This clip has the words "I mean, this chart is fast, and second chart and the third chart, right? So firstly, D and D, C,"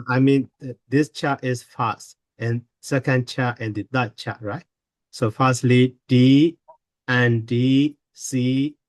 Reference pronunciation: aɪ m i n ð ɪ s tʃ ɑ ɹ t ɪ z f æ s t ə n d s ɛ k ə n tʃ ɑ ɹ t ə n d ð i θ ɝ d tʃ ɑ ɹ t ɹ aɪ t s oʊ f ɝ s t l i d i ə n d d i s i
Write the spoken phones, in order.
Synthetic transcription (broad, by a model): aɪ m i n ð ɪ s tʃ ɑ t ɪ s f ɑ s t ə n s ɛ k ə n tʃ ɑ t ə n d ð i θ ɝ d tʃ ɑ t ɹ aɪ t s oʊ f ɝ s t l i d i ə n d d i s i